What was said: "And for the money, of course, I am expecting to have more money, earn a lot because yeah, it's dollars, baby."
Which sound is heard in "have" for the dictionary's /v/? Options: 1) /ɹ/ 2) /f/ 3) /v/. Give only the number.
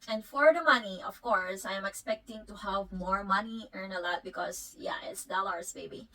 3